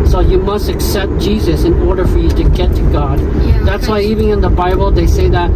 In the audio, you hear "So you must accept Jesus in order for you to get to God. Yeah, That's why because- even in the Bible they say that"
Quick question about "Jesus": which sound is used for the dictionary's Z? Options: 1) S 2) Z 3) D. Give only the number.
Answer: 2